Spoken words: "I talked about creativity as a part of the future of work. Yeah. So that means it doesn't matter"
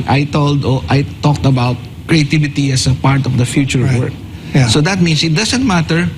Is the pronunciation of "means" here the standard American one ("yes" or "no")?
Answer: no